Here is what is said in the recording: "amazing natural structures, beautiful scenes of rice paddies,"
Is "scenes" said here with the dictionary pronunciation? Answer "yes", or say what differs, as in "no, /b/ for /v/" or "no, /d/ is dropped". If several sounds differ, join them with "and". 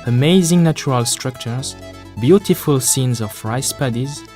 yes